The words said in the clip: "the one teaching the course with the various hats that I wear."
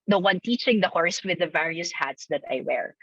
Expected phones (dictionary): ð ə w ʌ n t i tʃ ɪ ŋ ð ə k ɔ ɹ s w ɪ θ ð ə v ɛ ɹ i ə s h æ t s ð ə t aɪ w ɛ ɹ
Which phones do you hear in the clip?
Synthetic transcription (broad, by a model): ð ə w ʌ n t i tʃ ɪ ŋ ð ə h ɔ ɹ s w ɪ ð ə v ɛ ɹ i ə s h æ t s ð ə t aɪ w ɛ ɹ